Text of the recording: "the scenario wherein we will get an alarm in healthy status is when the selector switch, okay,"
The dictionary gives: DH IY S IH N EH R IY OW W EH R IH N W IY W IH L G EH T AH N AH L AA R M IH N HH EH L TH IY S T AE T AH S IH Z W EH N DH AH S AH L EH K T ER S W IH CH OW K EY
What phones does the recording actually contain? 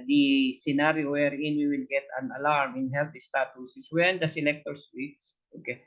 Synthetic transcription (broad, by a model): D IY S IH N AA R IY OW W EH R IH N W IY W IH L G EH T AH N AH L AA R M IH N HH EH L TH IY S T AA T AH S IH S W EH N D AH S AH L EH K T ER S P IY S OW K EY